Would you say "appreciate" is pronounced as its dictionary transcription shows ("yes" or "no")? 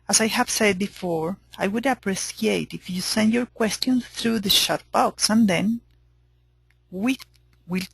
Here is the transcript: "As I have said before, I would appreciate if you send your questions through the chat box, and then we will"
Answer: no